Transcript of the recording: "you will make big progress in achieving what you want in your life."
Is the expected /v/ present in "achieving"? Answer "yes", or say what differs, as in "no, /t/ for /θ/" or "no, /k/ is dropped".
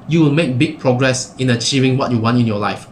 yes